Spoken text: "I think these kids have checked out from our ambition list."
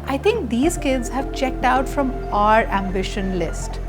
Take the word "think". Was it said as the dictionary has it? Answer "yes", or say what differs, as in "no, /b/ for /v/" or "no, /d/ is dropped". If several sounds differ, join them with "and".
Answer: no, /t/ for /θ/